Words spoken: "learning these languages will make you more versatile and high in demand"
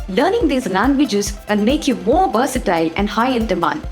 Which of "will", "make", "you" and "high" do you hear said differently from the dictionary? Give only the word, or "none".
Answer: will